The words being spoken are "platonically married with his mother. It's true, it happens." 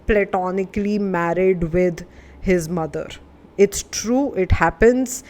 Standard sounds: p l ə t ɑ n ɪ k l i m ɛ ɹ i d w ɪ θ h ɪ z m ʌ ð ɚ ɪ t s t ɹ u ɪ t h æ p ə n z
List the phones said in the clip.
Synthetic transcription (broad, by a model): p l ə t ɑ n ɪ k l i m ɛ ɹ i d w ɪ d h ɪ z m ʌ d ɚ ɪ t s t ɹ u ɪ t h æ p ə n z